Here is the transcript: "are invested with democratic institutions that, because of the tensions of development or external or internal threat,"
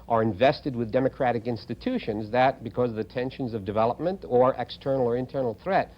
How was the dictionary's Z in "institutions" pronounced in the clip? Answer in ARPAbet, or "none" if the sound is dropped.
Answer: Z